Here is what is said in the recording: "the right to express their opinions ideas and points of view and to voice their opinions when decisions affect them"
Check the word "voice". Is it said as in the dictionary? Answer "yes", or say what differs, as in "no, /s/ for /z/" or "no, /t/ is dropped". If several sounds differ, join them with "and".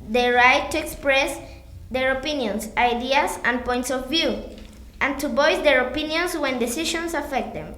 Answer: no, /b/ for /v/